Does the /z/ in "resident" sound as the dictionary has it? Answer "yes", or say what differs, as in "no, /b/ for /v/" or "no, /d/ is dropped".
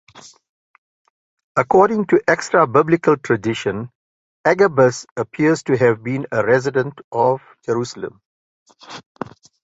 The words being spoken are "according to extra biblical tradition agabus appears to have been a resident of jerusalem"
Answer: yes